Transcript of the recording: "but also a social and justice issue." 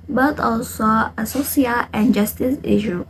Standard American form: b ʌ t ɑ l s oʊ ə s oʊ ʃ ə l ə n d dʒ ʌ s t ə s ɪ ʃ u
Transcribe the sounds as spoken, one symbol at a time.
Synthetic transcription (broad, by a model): b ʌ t ɑ l s oʊ ə s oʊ s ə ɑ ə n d dʒ ʌ s t ə s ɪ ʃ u